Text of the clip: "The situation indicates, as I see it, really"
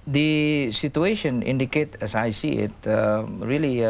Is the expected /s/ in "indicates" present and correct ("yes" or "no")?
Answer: no